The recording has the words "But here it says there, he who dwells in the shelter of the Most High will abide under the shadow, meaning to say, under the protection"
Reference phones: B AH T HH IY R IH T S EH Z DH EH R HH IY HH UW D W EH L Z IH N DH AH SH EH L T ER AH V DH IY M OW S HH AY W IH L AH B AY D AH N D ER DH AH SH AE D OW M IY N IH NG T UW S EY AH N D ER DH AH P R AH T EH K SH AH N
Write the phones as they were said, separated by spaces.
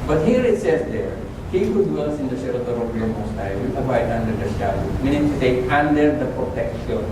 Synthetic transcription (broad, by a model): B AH T HH IY R IH T S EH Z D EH R HH IY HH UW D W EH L S IH N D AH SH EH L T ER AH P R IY M OW S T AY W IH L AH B AY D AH N D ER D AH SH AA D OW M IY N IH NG T UW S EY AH N D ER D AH P R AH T EH K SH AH N